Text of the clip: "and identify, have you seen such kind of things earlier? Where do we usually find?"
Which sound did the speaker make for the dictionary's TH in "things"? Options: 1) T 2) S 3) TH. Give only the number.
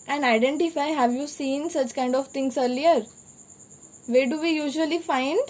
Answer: 1